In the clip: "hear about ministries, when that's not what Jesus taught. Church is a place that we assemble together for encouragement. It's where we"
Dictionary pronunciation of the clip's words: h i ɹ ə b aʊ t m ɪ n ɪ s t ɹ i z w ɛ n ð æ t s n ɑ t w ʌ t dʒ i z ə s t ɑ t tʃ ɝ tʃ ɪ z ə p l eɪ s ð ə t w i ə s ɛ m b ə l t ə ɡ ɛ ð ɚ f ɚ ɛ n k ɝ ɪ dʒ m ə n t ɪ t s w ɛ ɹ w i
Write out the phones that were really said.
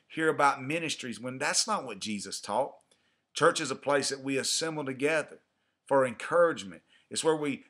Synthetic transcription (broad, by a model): h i ɹ ə b aʊ t m ɪ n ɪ s t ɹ i z w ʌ n ð æ t s n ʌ t w ʌ t dʒ i z ə s t ɑ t tʃ ɝ tʃ ɪ z ə p l eɪ s ð ə t w i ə s ɛ m b l t ə ɡ ɛ ð ɚ f ɚ ɛ n k ɝ ɪ dʒ m ə n t ɪ t s w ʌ ɹ w i